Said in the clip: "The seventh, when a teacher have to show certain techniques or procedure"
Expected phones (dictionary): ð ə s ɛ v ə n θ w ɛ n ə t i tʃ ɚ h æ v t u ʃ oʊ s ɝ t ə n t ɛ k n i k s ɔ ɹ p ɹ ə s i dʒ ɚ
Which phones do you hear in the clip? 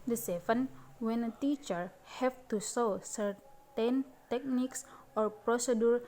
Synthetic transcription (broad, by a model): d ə s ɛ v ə n w ɛ n ə t i tʃ ɚ h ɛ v t u s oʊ s ɝ t ə n t ɛ k n i k s ɔ ɹ p ɹ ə s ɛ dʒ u